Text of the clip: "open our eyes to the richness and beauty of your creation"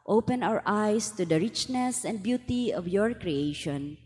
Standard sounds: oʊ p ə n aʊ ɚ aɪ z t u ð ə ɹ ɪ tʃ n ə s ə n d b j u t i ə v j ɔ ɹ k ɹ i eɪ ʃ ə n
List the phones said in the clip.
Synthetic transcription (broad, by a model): oʊ p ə n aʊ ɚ aɪ s t u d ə ɹ ɪ tʃ n ə s ə n d b j u t i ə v j ɔ ɹ k ɹ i eɪ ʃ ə n